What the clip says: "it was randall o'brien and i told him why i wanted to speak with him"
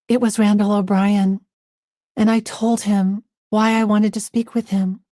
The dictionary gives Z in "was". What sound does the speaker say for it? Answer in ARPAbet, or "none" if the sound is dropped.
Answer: Z